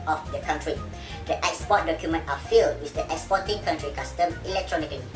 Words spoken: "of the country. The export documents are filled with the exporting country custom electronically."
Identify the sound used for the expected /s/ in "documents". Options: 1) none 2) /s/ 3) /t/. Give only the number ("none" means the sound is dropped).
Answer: 1